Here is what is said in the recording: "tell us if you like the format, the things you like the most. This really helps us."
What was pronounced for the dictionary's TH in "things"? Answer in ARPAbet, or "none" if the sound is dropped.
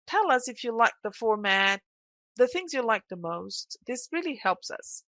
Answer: TH